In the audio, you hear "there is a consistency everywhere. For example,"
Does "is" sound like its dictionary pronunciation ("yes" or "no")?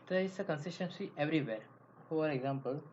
no